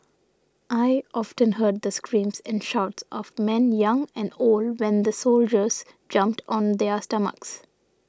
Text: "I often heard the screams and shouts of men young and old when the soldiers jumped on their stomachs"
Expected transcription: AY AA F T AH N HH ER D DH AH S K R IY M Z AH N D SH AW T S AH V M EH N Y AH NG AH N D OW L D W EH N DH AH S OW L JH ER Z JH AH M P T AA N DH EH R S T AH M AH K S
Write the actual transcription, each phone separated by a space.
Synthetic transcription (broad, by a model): AY AA F T AH N HH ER D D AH S K R IY M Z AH N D SH AW T S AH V M EH N Y AH NG AH N D OW L D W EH N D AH S OW L JH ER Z JH AH M P T AA N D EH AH S T AH M AH K S